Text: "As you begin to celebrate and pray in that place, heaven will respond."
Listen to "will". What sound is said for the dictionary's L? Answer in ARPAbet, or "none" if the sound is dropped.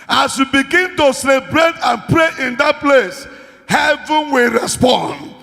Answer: L